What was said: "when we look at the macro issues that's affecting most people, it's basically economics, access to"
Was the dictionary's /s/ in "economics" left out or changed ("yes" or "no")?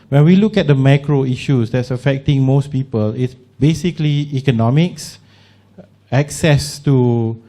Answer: no